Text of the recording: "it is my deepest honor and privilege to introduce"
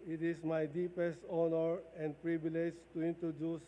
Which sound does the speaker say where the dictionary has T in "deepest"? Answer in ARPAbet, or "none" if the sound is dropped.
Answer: T